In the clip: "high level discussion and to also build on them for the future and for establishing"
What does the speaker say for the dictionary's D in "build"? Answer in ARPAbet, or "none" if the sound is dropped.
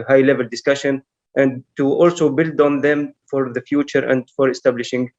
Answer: D